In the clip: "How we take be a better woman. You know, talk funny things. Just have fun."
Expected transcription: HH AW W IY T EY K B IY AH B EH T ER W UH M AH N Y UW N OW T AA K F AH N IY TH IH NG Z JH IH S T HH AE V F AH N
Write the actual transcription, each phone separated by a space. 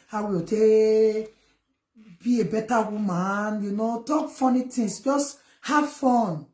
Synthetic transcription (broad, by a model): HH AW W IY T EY B IY AH B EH T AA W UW M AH N Y UW N OW T AA K F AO N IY T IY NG S JH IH S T HH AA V F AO N